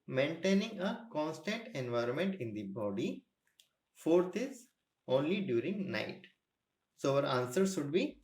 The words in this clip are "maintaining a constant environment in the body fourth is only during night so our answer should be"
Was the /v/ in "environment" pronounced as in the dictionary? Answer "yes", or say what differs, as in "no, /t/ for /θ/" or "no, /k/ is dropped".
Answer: yes